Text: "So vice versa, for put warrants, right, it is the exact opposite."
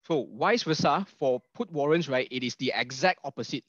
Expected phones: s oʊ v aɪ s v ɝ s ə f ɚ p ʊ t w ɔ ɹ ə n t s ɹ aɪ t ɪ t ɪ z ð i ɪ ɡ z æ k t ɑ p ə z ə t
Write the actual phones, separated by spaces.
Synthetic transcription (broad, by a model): s oʊ w aɪ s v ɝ s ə f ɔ p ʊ t w ɔ ɹ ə n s ɹ aɪ t ɪ t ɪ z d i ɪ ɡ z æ k t ɑ p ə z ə t